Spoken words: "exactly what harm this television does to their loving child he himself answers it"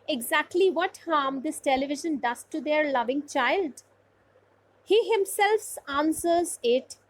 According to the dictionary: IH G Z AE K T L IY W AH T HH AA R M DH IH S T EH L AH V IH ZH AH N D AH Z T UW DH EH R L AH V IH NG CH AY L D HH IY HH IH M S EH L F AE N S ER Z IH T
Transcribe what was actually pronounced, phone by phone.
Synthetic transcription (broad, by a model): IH G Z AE K T L IY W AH T HH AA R M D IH S T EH L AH V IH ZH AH N D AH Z T UW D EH R L AH V IH NG CH AY L D HH IY HH IH M S EH L F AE N S ER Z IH T